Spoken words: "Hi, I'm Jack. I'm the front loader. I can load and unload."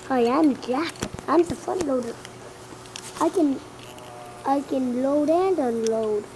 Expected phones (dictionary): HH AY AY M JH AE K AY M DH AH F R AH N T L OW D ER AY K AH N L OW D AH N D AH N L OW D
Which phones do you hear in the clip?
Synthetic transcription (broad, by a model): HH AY AY M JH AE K AY M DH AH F AH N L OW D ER AY K AH N L OW D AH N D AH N L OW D